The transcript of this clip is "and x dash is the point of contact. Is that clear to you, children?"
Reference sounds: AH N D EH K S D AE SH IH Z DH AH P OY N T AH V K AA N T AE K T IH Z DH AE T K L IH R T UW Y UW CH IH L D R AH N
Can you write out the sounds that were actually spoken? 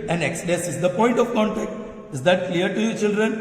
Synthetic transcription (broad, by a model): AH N EH K S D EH S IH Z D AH P OY N T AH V K AA N T AE K T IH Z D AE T K L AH R T UW Y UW CH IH L D R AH N